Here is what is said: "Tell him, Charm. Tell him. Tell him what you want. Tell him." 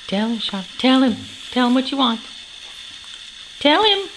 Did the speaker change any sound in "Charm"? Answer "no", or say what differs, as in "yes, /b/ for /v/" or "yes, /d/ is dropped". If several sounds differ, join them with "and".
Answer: yes, /ʃ/ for /tʃ/